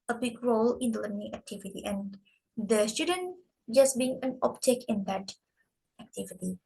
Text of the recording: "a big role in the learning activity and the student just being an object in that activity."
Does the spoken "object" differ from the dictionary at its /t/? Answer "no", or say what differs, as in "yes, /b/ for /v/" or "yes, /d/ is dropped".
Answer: yes, /t/ is dropped